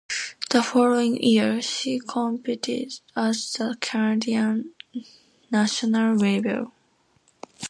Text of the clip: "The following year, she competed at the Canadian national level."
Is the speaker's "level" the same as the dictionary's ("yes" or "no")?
no